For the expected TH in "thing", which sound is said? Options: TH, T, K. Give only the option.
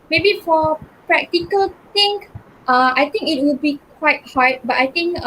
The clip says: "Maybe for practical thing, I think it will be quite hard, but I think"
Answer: T